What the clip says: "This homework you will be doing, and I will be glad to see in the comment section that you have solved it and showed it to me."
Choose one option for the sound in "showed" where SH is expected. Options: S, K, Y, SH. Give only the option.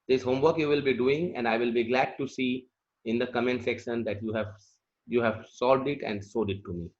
S